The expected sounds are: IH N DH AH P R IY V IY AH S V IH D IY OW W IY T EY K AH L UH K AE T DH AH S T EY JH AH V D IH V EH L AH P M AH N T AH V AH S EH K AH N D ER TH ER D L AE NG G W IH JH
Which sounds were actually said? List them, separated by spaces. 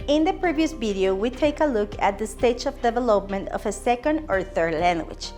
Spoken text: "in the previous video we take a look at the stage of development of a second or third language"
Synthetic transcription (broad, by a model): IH N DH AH P R IY V IY AH S V IH D IY OW W IY T EY K AH L UH K AE T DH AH S T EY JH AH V D IH V EH L AH P M AH N T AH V AH S EH K AH N D ER TH ER D L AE NG G W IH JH